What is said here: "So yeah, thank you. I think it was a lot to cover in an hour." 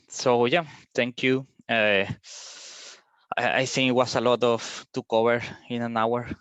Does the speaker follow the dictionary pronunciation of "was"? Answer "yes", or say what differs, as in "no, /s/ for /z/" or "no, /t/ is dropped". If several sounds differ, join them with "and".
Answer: no, /s/ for /z/